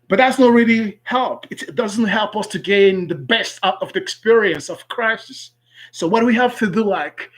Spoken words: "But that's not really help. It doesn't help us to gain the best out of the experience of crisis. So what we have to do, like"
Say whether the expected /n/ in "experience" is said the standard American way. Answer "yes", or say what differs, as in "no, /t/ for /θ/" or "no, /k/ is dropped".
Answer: yes